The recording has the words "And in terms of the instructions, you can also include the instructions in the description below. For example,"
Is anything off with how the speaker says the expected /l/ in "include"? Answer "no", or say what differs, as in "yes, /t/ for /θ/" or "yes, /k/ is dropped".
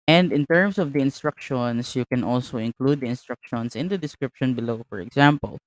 no